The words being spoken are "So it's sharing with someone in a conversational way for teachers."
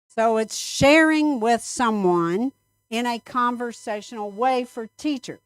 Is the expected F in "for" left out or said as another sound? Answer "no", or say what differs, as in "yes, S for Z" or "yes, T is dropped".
no